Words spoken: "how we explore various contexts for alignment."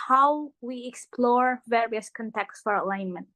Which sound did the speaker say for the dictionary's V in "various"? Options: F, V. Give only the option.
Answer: V